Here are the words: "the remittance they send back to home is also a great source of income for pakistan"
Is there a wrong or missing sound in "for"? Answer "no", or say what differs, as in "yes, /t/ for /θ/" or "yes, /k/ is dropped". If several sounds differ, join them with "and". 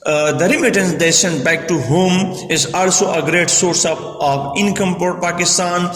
yes, /p/ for /f/